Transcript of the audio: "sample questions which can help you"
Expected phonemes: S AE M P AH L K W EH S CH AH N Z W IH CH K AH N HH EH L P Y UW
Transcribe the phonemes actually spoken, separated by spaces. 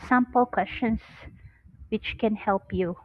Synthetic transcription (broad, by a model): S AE M P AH L K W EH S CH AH N S W IH CH K AH N HH EH L P Y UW